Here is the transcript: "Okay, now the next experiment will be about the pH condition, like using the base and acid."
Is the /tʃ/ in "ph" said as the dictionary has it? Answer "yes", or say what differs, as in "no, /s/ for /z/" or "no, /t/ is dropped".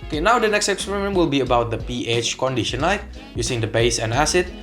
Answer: yes